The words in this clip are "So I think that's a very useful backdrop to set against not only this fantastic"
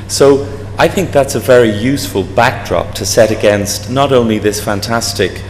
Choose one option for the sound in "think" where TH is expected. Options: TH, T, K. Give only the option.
TH